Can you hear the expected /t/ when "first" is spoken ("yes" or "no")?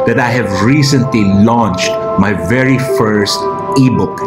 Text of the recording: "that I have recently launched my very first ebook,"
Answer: yes